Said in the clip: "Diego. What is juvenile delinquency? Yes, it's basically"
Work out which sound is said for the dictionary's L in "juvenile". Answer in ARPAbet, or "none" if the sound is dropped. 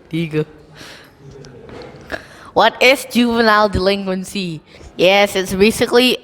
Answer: L